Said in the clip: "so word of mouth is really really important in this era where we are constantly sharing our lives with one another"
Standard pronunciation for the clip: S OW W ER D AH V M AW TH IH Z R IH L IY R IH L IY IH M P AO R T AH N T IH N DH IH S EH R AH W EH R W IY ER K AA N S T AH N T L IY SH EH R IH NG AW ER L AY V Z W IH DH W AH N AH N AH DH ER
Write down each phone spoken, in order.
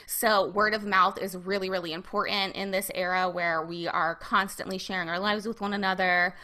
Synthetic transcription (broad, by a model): S OW W ER D AH V M AW TH IH Z R IH L IY R IH L IY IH M P AO R T N T IH N DH IH S EH R AH W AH R W IY ER K AA N S T AH N T L IY SH EH R IH NG AW ER L AY V Z W IH DH W AH N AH N AH DH ER